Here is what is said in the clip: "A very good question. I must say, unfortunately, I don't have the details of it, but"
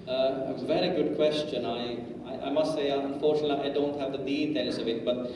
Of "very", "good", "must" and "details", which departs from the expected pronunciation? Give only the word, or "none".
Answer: details